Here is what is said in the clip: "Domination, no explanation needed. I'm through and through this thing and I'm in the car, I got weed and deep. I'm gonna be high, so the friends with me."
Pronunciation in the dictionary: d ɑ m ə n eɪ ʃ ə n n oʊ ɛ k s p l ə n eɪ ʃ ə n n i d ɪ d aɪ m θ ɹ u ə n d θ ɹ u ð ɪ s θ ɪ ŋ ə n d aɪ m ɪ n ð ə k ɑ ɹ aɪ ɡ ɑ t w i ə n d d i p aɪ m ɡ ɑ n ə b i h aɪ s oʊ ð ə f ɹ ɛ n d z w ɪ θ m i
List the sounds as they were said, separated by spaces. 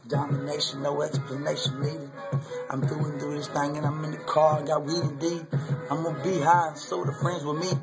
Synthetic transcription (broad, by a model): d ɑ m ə n eɪ ʃ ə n n oʊ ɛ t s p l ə n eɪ ʃ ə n l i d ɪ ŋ aɪ m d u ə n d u ð ɪ s θ ɪ ŋ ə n aɪ m ɪ n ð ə k ɑ ɹ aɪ ɡ ɑ t w i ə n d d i aɪ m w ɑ ə b i h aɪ s oʊ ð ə f ɹ ɛ n d z w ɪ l m i